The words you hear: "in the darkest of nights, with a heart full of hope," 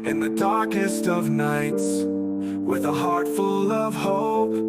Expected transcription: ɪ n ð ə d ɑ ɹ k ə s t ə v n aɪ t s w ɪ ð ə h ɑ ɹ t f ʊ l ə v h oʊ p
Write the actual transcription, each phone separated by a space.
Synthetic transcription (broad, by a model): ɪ n ð ə d ɑ ɹ k ə s t ə v n aɪ t s w ɪ ð ə h ɑ ɹ t f ʊ l ə v h oʊ